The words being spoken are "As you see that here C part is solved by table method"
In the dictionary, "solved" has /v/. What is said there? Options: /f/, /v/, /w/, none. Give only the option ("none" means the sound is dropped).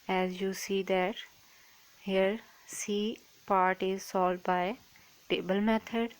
none